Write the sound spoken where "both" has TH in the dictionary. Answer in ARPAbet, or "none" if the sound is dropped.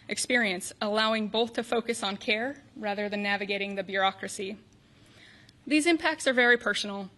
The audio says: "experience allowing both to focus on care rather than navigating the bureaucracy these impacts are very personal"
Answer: TH